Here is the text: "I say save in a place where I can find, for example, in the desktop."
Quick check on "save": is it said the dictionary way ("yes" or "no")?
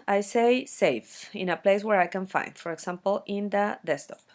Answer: no